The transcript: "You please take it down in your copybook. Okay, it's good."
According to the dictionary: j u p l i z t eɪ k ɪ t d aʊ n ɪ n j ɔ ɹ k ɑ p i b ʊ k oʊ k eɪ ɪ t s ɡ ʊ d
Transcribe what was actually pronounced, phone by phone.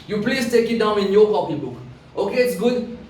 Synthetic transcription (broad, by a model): j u p l i s t eɪ k ɪ t d aʊ n ɪ n j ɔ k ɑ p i b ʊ k oʊ k eɪ ɪ t s ɡ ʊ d